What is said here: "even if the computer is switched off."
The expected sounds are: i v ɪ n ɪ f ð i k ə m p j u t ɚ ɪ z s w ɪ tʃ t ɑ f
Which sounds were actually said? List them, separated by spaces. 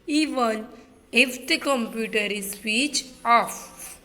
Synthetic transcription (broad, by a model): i v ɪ n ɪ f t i k ə m p j u t ɚ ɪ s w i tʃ ɑ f